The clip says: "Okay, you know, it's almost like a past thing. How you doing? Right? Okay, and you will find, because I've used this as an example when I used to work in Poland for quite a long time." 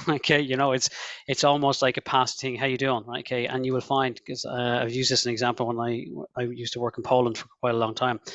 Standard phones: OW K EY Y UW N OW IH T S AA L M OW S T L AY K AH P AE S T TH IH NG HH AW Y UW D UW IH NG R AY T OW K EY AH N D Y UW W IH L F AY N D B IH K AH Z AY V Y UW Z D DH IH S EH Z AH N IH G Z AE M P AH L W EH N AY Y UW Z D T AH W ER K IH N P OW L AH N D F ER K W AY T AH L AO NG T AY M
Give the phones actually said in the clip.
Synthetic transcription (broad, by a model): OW K EY Y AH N OW IH T S AA L M OW S T L AY K AH P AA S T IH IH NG HH AW Y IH D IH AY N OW K EY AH N Y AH W IH L F AY N D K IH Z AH AY V Y UW Z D DH IH S AH N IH G Z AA M P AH L W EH N AY Y UW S T AH W ER K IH N P OW L AH N D F ER K W AY T AH L AO NG T AY M